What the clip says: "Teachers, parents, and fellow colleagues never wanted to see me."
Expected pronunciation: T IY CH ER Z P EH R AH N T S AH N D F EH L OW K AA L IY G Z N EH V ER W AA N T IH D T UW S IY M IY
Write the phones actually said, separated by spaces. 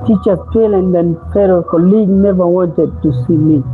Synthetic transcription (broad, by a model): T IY CH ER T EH L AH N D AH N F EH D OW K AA L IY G N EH V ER W AA N T IH D T UW S IY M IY